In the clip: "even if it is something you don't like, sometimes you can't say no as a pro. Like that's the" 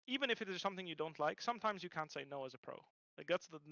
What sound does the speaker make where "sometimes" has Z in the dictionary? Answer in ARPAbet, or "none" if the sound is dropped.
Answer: Z